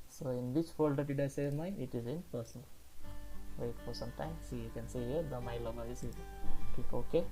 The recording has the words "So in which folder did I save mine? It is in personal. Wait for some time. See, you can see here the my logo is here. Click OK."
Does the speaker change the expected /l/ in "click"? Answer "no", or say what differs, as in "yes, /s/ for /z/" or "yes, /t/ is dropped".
yes, /l/ is dropped